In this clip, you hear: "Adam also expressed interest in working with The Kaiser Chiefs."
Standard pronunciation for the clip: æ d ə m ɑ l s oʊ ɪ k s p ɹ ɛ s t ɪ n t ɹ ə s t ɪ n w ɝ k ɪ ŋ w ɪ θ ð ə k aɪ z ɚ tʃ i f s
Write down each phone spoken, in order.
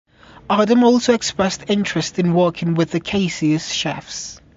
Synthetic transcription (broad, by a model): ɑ d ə m ɑ l s oʊ ɪ k s p ɹ ɛ s t ɪ n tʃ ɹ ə s t ɪ n w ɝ k ɪ ŋ w ɪ ð ə k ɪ s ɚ ʃ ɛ f s